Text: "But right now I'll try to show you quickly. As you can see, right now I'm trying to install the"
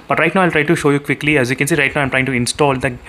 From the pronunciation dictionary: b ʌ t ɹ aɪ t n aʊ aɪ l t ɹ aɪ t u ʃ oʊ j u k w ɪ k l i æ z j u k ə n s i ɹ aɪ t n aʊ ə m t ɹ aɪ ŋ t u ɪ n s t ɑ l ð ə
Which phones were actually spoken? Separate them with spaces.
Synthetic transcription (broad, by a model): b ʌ t ɹ aɪ t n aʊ aɪ l t ɹ aɪ t u ʃ oʊ j u k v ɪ k l i æ z j u k ə n s i ɹ aɪ t n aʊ ə m t ɹ aɪ ŋ t u ɪ n s t ɑ l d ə